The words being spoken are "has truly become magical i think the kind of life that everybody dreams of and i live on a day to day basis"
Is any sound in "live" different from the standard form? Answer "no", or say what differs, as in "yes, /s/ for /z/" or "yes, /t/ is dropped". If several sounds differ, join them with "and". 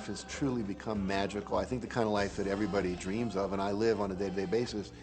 no